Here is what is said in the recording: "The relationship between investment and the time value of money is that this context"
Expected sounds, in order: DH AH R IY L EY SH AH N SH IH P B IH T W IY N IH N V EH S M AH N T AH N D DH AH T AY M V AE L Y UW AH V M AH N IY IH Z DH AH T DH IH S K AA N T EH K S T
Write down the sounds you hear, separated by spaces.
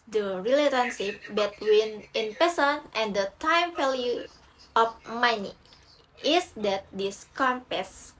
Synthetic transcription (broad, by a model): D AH R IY L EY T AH N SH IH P B IH T W IY N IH N P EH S AH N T AH N D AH T AY M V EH L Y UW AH F M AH N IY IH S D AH T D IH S K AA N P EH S